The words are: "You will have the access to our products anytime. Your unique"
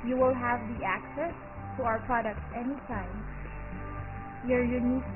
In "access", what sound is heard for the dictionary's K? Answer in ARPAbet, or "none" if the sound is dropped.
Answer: K